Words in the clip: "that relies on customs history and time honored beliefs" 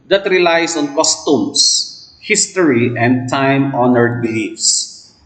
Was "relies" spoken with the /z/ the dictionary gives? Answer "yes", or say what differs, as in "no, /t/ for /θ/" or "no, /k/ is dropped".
no, /s/ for /z/